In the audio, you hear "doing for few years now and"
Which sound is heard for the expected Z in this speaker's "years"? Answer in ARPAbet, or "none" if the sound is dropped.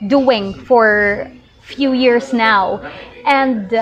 S